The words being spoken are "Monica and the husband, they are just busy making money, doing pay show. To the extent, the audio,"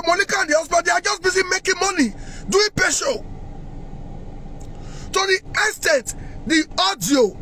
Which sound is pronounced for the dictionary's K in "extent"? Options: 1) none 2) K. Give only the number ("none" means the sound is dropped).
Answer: 1